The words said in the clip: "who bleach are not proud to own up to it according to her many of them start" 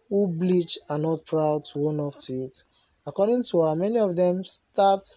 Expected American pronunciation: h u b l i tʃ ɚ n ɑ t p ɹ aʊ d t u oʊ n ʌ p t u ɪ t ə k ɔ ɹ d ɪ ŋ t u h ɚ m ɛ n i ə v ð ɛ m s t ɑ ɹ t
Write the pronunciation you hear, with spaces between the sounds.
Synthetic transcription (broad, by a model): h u b l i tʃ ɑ n ɑ t p ɹ aʊ d t u oʊ n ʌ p t u ɪ t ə k ɔ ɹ d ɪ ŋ t u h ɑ m ɛ n i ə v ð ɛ m s t ɑ t